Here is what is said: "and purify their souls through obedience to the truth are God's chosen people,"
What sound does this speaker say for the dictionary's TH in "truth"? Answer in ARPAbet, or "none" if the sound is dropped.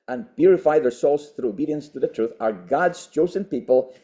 TH